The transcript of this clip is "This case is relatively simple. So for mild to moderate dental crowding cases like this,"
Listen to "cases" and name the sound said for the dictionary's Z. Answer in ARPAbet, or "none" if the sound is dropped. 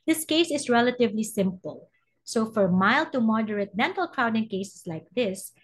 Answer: S